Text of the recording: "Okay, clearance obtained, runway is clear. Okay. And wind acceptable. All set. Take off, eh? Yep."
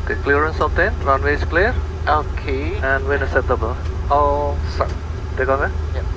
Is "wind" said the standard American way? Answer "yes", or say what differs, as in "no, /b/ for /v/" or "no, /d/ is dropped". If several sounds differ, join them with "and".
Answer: no, /d/ is dropped